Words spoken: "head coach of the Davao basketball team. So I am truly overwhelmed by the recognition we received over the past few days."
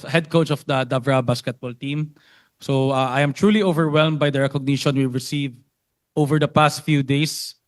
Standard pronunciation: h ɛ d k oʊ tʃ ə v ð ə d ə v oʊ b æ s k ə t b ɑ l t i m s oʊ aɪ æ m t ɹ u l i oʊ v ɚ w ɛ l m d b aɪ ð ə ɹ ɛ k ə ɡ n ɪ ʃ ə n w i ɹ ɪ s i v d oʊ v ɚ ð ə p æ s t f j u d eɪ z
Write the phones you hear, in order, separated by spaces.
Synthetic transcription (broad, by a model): h ɛ d k oʊ tʃ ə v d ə d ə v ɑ b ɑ s k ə t b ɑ l t i m s oʊ aɪ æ m t ɹ u l i oʊ v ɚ w ɛ l m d b aɪ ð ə ɹ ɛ k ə ɡ n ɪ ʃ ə n w i ɹ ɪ s i v oʊ v ɚ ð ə p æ s t f j u d eɪ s